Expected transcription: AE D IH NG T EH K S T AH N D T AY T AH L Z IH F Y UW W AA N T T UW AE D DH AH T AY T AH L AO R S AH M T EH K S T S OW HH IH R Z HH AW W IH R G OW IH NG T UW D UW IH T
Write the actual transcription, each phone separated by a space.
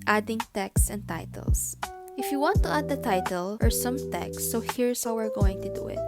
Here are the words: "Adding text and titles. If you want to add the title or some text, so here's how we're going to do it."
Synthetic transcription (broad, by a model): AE D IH NG T EH K S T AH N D T AY T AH L S IH F Y UW W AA N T T UW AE D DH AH T AY T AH L AO R S AH M T EH K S S OW HH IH R S HH AW W IH R G OW IH NG T UW D UW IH T